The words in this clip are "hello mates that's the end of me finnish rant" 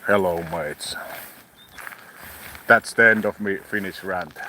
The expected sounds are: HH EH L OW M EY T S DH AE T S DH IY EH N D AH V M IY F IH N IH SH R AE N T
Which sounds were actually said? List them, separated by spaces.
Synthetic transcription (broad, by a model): HH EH L OW M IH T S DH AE T S DH IY EH N D AH V M IY F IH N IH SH R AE N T